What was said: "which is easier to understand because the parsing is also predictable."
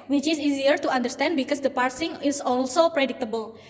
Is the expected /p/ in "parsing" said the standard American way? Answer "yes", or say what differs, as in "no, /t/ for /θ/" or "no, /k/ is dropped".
yes